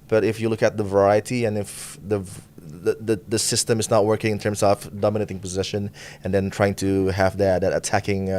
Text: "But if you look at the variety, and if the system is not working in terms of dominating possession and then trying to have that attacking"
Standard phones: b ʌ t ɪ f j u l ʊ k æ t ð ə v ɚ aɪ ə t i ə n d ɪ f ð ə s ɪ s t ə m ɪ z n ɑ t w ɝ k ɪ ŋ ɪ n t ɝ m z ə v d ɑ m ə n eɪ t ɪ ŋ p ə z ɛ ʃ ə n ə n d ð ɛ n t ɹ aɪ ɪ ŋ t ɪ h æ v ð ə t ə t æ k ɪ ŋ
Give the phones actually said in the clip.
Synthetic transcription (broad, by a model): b ʌ t ɪ f j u l ʊ k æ t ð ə v ɚ aɪ ə t i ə n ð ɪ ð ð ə s ɪ s t ə m ɪ z n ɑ t w ɝ k ɪ ŋ ɪ n t ɝ m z ə v d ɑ m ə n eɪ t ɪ ŋ p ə z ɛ ʃ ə n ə n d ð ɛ n t ɹ aɪ ɪ ŋ t ɪ h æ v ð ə t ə t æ k ɪ ŋ